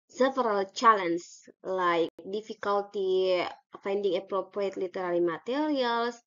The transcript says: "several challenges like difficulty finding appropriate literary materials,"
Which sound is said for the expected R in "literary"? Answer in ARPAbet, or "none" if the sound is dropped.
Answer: L